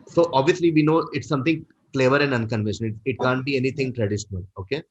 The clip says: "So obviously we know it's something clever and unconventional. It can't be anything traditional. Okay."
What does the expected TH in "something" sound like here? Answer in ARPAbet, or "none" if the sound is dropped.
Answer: T